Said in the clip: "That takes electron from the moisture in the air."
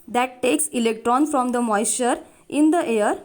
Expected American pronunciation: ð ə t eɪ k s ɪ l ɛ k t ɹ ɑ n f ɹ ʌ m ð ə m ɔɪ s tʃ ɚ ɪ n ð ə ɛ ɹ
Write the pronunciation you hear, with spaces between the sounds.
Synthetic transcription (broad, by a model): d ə t eɪ k s ɪ l ɛ k t ɹ ɑ n f ɹ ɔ m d ə m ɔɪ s ɚ ɪ n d ə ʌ ɹ